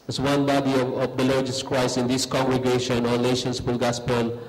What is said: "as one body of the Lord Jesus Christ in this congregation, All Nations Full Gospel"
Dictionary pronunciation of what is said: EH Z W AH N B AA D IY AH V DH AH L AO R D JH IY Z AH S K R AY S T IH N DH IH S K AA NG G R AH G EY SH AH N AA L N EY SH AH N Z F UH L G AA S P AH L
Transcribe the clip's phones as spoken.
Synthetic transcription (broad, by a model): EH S W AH N B AA D IY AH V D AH L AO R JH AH S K R AY S IH N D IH S K AA NG G R AH G EY SH AH N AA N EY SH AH N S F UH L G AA S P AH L